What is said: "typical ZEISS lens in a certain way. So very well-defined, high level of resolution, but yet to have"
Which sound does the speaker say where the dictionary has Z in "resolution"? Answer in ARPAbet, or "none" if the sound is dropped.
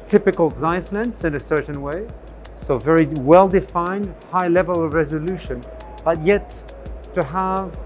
Z